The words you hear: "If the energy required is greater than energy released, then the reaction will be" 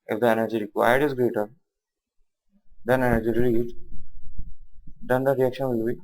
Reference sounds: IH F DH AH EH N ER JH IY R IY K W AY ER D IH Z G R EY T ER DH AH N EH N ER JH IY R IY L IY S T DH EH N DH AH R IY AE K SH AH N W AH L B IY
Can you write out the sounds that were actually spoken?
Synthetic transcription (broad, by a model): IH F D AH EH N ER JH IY R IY K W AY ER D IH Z G R EY T ER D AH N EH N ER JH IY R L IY T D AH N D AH R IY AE K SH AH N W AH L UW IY